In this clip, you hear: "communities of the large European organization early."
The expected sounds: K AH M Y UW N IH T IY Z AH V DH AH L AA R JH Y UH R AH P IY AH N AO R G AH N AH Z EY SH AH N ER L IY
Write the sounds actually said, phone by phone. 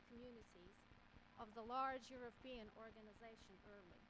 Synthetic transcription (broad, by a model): K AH M Y UW N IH T IY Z AH V DH AH L AA R JH Y UH R AH P IY AH N AO R G AH N AH Z EY SH AH N ER L IY